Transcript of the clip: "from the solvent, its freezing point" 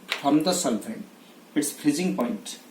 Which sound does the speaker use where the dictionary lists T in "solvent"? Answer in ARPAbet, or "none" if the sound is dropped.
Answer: none